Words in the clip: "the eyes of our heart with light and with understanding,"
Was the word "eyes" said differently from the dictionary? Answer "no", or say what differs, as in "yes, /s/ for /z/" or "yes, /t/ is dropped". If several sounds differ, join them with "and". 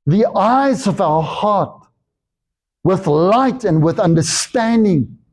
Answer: no